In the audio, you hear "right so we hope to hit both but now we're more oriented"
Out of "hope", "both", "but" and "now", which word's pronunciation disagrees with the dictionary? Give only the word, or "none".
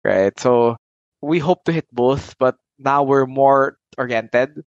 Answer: none